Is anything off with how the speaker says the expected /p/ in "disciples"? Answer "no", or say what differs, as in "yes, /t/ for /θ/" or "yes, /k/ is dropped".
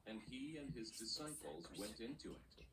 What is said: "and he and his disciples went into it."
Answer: no